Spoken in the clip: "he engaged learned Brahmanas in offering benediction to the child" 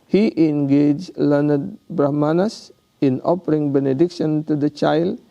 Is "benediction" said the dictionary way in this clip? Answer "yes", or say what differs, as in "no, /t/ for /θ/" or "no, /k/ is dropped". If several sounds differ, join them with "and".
yes